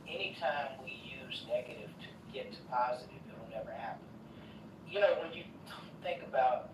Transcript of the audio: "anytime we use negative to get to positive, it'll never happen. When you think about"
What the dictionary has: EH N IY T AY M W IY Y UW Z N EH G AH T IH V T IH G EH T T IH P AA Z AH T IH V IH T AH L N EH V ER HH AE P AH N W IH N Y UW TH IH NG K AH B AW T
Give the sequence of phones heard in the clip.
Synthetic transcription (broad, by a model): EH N IY T AY M W IY Y UW Z N EH G AH T IH V T IH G EH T T IH P AA Z AH T IH V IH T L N EH V ER HH AE P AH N W IH N Y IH TH IH NG K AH B AW T